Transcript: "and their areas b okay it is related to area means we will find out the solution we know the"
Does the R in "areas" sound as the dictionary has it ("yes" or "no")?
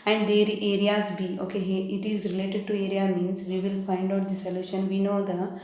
yes